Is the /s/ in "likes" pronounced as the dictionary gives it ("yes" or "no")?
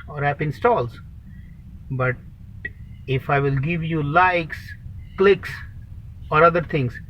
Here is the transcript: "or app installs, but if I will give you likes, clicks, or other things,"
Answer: yes